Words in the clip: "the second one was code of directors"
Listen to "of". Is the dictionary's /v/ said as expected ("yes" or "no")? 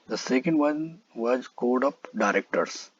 no